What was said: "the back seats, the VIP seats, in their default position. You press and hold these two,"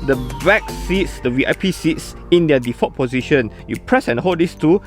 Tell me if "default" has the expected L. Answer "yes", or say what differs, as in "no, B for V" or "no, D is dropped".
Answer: no, L is dropped